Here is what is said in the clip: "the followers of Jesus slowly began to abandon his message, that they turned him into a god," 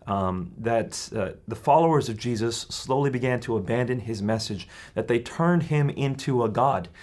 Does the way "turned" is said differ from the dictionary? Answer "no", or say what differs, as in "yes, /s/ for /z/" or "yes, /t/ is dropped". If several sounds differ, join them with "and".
no